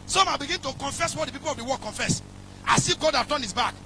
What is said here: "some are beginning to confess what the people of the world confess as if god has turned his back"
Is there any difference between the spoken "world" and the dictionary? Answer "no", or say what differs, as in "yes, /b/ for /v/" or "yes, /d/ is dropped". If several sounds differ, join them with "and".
yes, /l/ is dropped